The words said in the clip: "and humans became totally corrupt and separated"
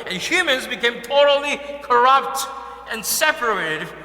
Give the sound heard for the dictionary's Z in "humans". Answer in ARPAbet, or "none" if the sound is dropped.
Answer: Z